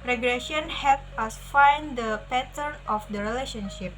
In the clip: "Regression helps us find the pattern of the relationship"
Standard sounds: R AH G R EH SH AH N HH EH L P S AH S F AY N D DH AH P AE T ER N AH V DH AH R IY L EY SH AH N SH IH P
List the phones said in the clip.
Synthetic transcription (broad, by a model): R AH G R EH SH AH N HH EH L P AH S F AY N D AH P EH T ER N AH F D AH R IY L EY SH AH N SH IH P